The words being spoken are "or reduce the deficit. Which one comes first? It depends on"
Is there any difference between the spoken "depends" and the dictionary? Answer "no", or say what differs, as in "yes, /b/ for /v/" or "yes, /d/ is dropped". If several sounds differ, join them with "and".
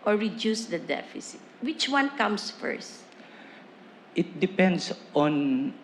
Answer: yes, /s/ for /z/